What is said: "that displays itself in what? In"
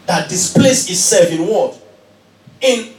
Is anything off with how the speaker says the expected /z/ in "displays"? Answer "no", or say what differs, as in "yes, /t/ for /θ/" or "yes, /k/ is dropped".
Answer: yes, /s/ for /z/